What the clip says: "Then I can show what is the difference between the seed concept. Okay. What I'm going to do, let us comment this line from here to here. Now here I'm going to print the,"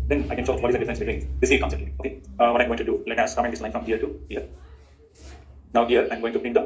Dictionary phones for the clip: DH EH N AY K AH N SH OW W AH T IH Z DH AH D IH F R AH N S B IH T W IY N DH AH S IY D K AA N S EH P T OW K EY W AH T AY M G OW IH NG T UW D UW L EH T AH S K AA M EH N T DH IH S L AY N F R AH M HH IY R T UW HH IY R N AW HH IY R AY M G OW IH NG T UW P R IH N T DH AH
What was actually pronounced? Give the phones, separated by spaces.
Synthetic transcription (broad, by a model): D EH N AY K AH N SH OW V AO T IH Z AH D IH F R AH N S B IH T W IY N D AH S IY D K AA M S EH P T OW K EY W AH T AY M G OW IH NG T UW D UW L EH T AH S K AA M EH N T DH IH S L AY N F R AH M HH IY R T UW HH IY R N AW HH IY R AY M G OW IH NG T UW B R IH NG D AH